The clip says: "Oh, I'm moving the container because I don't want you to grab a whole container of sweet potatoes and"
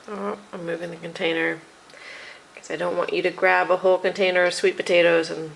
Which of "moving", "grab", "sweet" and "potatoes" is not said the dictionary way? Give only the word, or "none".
none